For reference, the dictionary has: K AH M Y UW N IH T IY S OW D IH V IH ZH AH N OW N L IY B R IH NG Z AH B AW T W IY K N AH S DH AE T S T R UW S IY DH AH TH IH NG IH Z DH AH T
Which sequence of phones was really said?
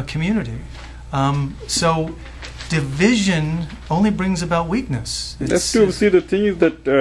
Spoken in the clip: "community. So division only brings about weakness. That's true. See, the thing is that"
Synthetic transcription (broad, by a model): K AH M Y UW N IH T IY S OW D IH V IH ZH AH N OW N L IY B R IH NG Z AH B AW T W IY K N AH S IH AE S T UW S IY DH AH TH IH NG IH Z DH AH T